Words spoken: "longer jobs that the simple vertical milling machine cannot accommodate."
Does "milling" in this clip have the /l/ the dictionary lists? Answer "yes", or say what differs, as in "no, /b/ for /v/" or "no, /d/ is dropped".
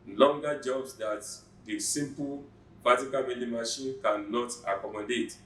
no, /n/ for /l/